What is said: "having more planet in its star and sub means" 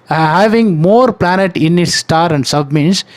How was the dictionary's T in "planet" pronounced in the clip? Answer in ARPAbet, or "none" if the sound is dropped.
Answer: T